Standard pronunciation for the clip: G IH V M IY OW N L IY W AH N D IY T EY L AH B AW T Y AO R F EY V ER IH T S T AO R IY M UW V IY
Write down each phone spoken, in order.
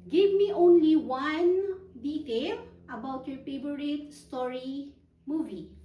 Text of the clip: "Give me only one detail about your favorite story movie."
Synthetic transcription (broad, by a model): G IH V M IY OW N L IY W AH N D IY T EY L AH B AW T Y AO R P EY B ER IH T S T AO R IY M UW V IY